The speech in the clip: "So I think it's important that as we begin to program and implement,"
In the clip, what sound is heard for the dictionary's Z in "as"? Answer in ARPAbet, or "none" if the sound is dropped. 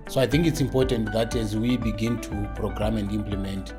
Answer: Z